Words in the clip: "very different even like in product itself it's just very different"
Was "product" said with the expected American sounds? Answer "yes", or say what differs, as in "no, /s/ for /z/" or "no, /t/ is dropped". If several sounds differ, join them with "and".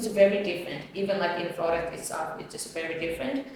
no, /f/ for /p/